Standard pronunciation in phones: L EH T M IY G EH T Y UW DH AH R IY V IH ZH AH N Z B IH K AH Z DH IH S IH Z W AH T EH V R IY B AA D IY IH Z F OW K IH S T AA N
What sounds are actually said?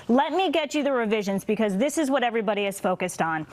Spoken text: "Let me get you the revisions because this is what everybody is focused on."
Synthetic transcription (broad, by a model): L EH T M IY G EH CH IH DH AH R IY V IH ZH AH N Z B IH K AH Z DH IH S IH Z W AH T EH V R IY B AA D IY IH Z F OW K IH S T N